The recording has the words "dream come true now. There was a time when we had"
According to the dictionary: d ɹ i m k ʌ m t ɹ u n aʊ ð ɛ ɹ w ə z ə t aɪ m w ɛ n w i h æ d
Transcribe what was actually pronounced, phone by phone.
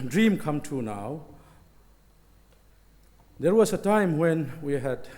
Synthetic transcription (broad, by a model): d ɹ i m k ʌ m t u n aʊ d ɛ ɹ w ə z ə t aɪ m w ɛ n w i h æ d